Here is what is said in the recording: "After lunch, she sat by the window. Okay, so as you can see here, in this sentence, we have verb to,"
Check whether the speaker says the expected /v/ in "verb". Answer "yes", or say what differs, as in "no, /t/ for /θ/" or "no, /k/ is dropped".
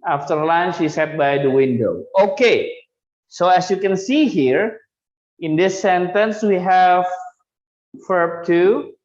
no, /f/ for /v/